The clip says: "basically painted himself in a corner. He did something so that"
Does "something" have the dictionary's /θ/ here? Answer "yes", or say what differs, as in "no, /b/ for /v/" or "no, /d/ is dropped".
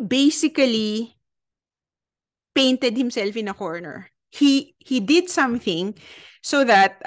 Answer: yes